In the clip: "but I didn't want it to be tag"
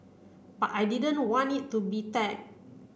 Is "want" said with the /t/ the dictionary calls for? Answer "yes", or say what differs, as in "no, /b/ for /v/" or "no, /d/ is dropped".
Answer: no, /t/ is dropped